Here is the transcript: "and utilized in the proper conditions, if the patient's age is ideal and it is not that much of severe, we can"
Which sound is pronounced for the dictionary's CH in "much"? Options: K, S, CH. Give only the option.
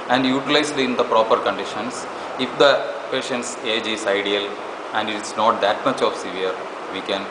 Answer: CH